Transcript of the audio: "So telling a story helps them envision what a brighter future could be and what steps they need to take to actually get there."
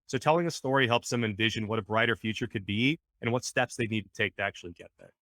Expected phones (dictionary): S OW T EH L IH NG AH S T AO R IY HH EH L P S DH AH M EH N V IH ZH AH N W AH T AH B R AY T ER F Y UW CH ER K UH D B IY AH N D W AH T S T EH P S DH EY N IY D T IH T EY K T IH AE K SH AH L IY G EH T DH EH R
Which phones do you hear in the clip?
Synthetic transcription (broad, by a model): S OW T EH L IH NG AH S T AO R IY HH EH L P S DH AH M EH N V IH ZH AH N W AH T AH B R AY T ER F Y UW CH ER K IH D B IY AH N W AH T S T EH P S DH EY N IY D T IH T EY K T IH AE K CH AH L IY G EH T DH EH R